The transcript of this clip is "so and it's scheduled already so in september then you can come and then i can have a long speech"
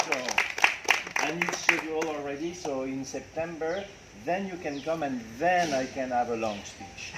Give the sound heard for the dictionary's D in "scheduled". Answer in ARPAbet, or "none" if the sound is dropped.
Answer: none